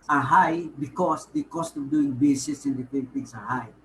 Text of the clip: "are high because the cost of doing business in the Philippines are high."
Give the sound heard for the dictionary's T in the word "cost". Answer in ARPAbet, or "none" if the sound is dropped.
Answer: T